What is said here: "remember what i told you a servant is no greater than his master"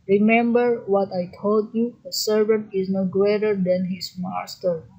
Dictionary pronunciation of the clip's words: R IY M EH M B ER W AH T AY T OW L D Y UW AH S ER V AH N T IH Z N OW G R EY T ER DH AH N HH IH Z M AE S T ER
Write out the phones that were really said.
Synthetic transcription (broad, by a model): R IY M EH M B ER W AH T AY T OW L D Y UW AH S ER V AH N T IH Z N OW G R EY T ER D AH N HH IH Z M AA S T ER